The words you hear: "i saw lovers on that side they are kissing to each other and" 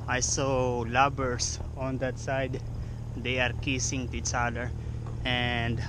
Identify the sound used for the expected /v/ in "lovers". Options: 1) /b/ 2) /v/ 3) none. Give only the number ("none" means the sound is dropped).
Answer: 1